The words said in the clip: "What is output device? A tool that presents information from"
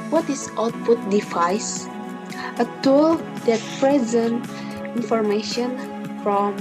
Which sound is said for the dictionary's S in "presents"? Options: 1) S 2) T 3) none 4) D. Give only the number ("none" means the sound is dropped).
3